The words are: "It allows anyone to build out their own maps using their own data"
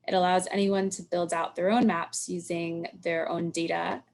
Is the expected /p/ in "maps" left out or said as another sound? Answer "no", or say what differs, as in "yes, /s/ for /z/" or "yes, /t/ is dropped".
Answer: no